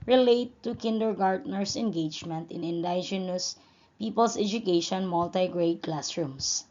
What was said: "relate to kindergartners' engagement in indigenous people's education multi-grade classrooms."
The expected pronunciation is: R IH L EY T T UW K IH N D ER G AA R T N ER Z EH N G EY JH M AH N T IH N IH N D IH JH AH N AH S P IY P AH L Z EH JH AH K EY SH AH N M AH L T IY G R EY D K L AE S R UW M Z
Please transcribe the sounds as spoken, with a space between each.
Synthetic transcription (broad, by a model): R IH L EY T T UW K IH N D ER G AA R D N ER S EH N G EY JH M AH N T IH N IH N D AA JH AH N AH S P IY P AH L S EH JH AH K EY SH AH N M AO L T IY G R EY D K L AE S R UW M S